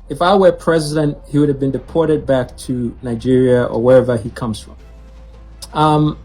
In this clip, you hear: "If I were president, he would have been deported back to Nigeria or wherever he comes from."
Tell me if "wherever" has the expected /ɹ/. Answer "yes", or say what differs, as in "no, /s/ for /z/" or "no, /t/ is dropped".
yes